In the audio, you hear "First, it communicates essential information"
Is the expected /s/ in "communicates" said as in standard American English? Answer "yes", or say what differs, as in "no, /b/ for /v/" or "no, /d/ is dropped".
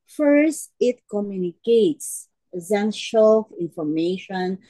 yes